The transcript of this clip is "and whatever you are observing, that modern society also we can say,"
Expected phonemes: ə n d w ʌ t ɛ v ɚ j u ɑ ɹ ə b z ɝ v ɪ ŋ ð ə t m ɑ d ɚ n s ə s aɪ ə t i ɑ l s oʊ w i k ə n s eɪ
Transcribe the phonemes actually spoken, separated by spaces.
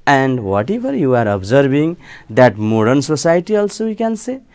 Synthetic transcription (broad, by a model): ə n d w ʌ t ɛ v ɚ j u ɑ ɹ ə b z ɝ b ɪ ŋ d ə t m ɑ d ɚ n s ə s aɪ t i ɑ l s oʊ w i k ə n s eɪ